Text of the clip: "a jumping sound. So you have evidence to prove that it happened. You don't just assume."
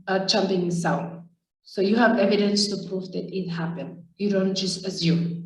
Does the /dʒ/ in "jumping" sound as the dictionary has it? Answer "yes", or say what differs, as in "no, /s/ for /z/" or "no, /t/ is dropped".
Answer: no, /tʃ/ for /dʒ/